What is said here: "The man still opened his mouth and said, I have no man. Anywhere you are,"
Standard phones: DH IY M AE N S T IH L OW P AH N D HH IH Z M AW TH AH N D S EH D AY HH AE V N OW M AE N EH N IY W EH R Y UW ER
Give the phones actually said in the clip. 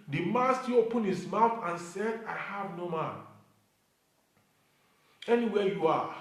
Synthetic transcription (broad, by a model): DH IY M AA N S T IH OW P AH N HH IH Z M AW TH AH N S EH D AY HH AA V N OW M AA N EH N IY W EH Y UW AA